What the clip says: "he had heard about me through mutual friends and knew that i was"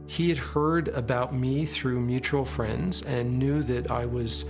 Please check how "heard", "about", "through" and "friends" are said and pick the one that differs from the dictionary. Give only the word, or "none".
none